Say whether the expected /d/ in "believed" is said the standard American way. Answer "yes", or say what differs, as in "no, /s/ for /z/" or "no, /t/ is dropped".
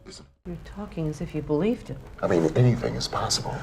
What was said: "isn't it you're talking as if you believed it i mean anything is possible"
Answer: yes